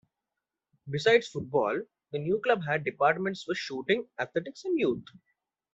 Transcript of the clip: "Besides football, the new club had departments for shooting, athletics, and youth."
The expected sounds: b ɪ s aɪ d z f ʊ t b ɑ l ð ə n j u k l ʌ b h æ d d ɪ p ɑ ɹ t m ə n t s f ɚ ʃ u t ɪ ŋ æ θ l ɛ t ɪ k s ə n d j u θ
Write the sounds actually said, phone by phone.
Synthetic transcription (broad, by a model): b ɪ s aɪ d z f ʊ t b ɑ l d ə n j u k l ʌ b h æ d d ɪ p ɑ ɹ t m ə n t s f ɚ ʃ u t ɪ ŋ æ t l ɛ t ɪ k s ə n d j u t